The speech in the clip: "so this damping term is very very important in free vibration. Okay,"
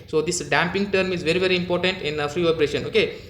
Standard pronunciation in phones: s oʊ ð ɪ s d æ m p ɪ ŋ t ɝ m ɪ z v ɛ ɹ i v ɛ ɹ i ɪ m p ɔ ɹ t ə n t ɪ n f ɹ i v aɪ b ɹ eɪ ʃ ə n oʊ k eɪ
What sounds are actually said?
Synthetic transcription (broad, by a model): s oʊ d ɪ s d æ m p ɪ ŋ t ɝ m ɪ z v ɛ ɹ i v ɛ ɹ i ɪ m p ɔ ɹ t ə n t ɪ n f ɹ i p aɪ ɹ eɪ ʃ ə n oʊ k eɪ